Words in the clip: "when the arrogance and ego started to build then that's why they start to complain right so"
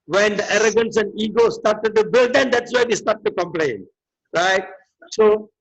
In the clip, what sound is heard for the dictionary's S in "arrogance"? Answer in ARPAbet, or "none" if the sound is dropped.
S